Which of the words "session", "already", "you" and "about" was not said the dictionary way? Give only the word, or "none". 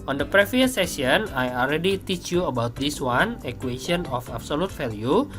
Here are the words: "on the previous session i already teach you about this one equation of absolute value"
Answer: session